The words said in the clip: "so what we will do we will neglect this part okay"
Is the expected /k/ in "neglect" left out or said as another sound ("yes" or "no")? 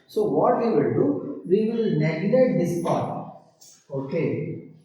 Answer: yes